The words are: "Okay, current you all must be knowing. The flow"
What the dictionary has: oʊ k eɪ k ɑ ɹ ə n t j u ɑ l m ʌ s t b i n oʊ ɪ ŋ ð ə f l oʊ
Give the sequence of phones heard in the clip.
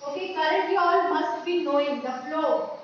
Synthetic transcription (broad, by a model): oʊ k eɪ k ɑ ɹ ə t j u ɑ l m ʌ s t b i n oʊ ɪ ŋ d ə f l oʊ